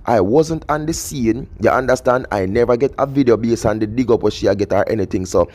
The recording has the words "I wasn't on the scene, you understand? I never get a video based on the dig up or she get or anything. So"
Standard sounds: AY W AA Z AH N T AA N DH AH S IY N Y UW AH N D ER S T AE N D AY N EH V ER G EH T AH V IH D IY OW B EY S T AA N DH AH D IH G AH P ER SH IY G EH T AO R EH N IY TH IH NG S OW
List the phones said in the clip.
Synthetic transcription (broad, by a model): AY W AA Z AH N T AA N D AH S IY N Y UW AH N D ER S T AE N D AY N EH V ER G EH T AH V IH D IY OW B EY S AA N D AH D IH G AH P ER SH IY G EH T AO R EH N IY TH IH NG S OW